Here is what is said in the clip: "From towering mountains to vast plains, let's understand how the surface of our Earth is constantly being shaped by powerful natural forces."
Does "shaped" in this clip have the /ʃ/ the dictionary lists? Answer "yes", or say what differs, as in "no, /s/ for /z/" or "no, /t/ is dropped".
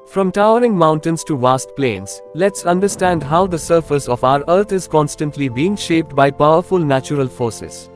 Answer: yes